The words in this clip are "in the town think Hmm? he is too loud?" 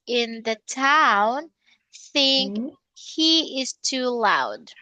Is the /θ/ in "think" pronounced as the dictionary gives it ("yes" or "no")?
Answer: yes